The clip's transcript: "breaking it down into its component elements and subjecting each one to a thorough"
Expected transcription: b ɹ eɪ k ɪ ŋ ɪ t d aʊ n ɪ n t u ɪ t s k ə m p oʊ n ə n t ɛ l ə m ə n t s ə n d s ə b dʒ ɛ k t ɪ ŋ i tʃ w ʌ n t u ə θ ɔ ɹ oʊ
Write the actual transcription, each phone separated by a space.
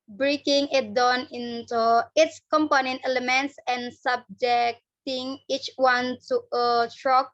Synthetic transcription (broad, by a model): b ɹ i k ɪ ŋ ɪ t d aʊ n ɪ n t u ɪ t s k ə m p oʊ n ə n t ɛ l ə m ə n t s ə n s ə b dʒ ɛ k t ɪ ŋ i tʃ w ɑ n t u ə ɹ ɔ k